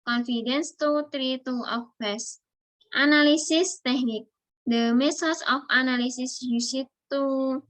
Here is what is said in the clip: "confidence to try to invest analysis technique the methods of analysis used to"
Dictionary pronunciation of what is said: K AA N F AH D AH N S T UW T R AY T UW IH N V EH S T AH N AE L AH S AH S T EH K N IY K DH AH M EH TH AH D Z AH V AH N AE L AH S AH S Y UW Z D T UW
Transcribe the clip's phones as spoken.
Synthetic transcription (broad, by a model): K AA N F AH D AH N S T UW T R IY T UW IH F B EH S T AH N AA L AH S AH S T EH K N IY K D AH M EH S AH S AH F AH N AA L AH S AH S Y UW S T T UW